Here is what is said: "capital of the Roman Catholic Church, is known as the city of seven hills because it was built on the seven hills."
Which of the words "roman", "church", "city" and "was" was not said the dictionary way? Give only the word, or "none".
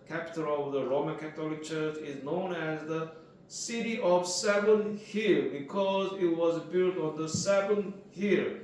none